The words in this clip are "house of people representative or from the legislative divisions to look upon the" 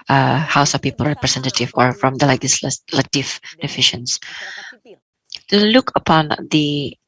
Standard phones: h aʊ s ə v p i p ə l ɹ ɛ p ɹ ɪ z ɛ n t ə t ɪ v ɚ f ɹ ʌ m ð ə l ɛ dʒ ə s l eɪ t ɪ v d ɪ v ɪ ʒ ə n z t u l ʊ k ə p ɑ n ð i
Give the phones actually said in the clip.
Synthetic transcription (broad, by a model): h aʊ s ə p i p ə l ɹ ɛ p ɹ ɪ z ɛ n t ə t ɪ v ɚ f ɹ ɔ m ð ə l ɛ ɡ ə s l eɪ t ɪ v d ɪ f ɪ ʃ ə n s t u l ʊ k ə p ɑ n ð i